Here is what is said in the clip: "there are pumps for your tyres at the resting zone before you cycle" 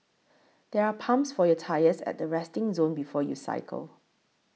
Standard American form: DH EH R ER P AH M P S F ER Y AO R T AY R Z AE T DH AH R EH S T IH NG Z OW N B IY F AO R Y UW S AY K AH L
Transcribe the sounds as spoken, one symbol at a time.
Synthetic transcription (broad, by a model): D EH R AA P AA M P S F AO Y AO T AY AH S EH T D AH R EH S T IH NG Z OW N B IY F AO Y UW S AY K AH L